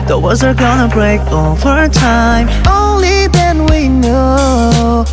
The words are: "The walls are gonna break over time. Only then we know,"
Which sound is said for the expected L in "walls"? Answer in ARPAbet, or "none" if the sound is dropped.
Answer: none